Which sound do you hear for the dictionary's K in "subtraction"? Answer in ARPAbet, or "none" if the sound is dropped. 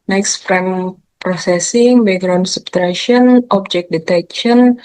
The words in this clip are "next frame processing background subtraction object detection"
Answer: none